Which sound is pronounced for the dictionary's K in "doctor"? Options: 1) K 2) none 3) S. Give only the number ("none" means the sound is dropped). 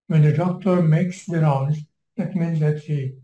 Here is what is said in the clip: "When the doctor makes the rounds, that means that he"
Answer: 1